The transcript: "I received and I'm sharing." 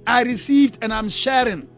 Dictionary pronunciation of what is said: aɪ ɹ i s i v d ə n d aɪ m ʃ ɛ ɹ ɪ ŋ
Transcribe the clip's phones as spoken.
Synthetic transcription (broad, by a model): aɪ ɹ i s i v d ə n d aɪ m ʃ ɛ ɹ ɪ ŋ